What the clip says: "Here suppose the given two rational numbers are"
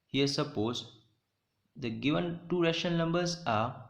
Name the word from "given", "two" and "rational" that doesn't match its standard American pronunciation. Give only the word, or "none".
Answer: rational